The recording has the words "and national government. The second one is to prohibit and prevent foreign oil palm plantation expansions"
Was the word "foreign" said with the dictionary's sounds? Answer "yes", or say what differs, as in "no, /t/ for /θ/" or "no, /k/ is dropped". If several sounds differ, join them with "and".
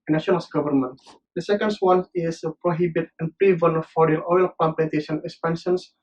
no, /n/ is dropped